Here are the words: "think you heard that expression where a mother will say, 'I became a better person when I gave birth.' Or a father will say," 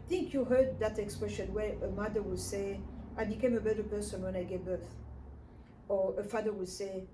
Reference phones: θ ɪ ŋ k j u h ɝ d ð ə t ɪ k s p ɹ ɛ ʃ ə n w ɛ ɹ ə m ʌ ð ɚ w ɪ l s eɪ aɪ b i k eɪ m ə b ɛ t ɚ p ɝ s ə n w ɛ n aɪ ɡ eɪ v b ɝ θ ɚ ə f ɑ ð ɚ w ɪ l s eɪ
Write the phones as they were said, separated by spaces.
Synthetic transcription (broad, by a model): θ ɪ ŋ k j u h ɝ d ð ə t ɪ k s p ɹ ɛ ʃ ə n w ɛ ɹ ə m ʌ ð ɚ w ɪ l s eɪ aɪ b i k eɪ m ə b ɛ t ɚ p ɝ s ə n w ɛ n aɪ ɡ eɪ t b ɝ θ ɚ ə f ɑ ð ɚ w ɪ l s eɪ